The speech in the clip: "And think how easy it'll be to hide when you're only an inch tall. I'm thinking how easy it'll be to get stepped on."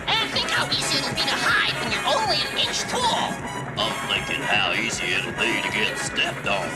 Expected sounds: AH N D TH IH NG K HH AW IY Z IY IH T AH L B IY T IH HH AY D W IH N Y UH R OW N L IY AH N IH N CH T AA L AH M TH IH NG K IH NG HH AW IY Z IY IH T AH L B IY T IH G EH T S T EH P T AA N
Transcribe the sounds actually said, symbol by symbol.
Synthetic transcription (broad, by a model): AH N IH TH IH NG K HH AW IY Z IY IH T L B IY T IH HH AY D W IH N Y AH R OW N L IY AH N IH N CH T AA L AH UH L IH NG K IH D HH AW IY Z IY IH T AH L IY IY T IH G EH T S T EH P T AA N